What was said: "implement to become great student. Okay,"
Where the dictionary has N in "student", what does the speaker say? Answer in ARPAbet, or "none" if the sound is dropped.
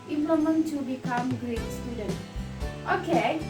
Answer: N